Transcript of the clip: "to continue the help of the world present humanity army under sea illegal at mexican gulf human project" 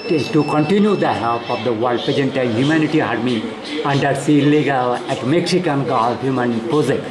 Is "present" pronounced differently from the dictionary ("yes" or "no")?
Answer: yes